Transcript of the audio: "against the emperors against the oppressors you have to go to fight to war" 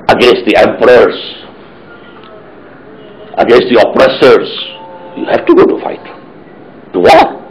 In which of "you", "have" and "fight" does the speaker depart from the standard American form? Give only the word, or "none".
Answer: have